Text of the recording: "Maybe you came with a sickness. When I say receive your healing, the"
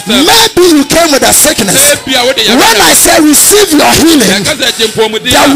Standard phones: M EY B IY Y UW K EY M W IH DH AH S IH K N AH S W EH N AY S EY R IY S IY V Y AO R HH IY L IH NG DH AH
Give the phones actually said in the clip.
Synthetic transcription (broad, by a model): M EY B IY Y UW K EY M W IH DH AH S IH K N AH S W EH N AY S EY R IY S IY V Y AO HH IY L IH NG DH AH